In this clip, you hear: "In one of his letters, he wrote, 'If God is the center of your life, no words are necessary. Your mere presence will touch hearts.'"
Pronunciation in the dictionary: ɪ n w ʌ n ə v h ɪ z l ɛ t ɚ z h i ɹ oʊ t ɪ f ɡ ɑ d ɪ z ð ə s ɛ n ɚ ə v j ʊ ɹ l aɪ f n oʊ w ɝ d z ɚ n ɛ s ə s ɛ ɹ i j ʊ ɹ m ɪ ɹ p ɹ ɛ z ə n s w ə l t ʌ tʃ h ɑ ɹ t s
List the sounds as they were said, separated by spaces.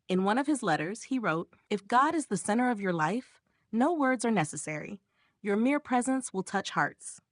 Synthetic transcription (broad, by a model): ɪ n w ʌ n ə v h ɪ z l ɛ t ɚ z h i ɹ oʊ t ɪ f ɡ ɑ d ɪ z ð ə s ɛ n ɚ ə v j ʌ ɹ l aɪ f n oʊ w ɝ d z ɚ n ɛ s ə s ɛ ɹ i j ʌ ɹ m ɪ ɹ p ɹ ɛ z ə n s w ə l t ʌ tʃ h ɑ ɹ t s